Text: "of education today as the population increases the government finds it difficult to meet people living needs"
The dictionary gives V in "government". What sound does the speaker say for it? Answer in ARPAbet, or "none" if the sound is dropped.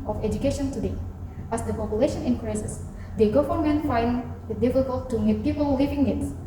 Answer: F